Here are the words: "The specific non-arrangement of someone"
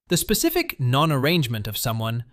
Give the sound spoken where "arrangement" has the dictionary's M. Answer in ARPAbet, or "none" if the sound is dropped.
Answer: M